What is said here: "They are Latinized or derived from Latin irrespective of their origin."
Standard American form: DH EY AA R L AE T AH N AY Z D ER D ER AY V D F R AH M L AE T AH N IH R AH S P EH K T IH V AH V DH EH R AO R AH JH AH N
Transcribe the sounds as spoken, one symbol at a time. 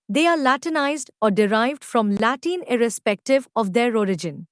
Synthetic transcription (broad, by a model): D EY AA R L AE T AH N AY Z D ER D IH AY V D F R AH M L AE T AH N IH R AH S P EH K T IH V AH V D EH R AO R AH JH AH N